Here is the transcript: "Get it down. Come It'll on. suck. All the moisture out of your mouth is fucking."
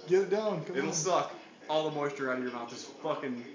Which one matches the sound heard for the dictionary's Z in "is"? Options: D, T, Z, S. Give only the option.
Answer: S